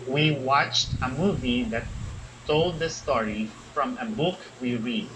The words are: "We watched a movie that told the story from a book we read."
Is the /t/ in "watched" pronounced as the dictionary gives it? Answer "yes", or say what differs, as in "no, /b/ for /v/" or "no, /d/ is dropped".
yes